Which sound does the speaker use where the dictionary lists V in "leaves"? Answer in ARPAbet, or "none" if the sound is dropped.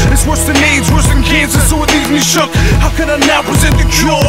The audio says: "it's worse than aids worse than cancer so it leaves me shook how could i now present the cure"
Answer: none